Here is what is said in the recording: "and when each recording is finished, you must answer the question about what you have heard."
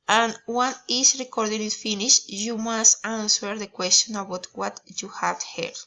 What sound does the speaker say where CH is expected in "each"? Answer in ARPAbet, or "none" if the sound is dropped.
S